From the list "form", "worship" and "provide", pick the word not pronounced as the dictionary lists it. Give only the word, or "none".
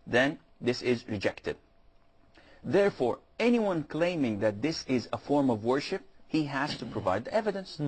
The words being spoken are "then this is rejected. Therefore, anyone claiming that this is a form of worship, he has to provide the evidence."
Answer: none